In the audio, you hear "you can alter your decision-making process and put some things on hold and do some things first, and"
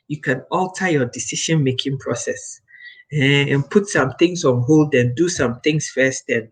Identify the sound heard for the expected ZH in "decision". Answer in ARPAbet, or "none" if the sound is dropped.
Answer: SH